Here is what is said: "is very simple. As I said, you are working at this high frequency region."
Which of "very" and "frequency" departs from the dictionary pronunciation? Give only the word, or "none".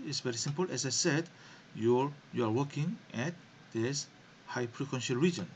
frequency